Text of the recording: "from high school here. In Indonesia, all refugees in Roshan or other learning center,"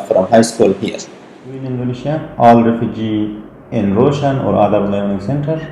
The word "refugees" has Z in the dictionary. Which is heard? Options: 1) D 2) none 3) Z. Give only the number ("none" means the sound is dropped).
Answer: 2